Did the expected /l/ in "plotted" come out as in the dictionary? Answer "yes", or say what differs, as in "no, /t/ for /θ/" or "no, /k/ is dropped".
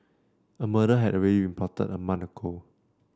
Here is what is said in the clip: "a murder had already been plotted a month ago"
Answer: no, /l/ is dropped